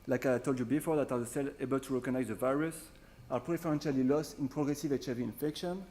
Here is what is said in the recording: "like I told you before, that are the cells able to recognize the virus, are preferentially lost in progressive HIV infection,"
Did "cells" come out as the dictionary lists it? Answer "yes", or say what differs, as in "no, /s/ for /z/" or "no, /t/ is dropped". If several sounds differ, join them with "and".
no, /z/ is dropped